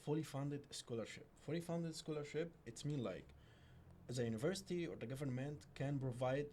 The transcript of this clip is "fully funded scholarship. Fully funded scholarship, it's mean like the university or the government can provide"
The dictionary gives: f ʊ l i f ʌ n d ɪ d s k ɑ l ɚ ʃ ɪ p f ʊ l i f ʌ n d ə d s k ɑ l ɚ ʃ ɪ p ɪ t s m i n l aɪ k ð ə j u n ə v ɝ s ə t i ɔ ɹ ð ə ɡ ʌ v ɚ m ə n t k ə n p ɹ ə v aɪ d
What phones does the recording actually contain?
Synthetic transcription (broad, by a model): f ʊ l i f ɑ n d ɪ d s k ɑ l ɚ ʃ ɪ p f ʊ l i f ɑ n d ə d s k ɑ l ɚ ʃ ɪ p ɪ t s m i n l aɪ k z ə j u n ə v ɝ s ə t i ɔ ɹ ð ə ɡ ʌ v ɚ m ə n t k ə n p ɹ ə v aɪ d